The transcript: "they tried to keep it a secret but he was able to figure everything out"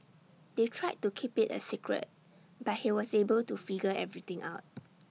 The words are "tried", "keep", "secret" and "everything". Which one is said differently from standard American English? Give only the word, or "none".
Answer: everything